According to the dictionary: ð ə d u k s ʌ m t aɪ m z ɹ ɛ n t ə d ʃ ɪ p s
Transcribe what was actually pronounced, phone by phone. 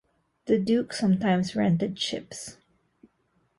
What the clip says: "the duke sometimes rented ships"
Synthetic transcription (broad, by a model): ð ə d u k s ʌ m t aɪ m s ɹ ɛ n t ə d ʃ ɪ p s